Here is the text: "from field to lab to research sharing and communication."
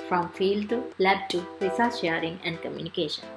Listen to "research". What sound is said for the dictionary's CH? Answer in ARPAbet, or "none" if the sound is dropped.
S